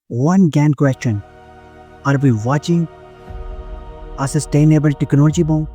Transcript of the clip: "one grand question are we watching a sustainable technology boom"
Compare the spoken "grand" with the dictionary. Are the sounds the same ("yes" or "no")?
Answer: no